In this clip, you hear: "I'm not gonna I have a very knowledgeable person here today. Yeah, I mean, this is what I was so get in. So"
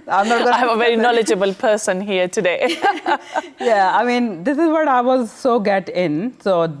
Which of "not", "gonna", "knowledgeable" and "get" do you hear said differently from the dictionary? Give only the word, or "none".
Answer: gonna